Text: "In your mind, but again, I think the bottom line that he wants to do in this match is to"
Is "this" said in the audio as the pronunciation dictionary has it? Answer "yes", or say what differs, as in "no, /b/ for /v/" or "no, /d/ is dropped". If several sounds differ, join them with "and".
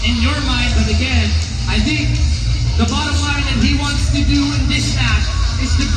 yes